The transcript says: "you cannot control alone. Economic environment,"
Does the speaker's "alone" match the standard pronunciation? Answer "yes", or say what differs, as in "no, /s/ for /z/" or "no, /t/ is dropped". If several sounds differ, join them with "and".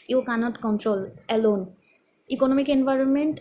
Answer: yes